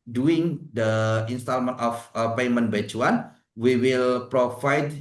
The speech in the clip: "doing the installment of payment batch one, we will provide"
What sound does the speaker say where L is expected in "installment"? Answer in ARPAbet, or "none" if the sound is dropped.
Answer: L